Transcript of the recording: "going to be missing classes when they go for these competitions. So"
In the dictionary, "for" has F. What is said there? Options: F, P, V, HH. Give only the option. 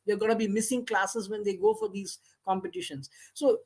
F